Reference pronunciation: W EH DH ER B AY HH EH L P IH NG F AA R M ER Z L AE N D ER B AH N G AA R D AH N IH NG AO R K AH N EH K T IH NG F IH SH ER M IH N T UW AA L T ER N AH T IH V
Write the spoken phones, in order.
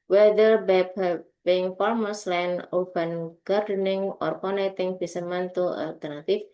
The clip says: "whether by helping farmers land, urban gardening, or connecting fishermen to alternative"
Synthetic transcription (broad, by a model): W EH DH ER B AY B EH P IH NG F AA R M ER S L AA N AO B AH N G AA R D AH N IH NG AO R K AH N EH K T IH NG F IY S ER M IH N T UW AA L T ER N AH T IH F